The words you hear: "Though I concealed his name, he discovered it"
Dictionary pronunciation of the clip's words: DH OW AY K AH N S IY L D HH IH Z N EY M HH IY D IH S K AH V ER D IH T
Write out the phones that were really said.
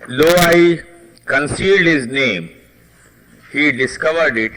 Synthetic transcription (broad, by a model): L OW AY K AH N S IY L D HH IH Z N EY M HH IY D IH S K AH V ER D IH T